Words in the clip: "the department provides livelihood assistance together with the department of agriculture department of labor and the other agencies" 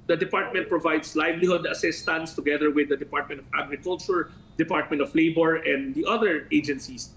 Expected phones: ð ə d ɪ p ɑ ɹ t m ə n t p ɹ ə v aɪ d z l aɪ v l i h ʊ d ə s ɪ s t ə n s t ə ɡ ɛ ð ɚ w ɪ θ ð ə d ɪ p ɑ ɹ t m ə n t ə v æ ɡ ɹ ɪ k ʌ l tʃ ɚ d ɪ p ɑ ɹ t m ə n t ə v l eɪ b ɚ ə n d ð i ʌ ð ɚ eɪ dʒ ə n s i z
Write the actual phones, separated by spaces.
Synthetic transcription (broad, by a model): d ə d ɪ p ɑ ɹ t m ə n t p ɹ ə v aɪ d s l aɪ v l i h ʊ d ə s ɪ s t ə n s t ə ɡ ɛ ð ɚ w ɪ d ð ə d ɪ p ɑ ɹ t m ə n t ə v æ ɡ ɹ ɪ k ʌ l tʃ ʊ d ɪ p ɑ ɹ t m ə n t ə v l eɪ b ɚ ə n d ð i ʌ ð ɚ eɪ dʒ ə n s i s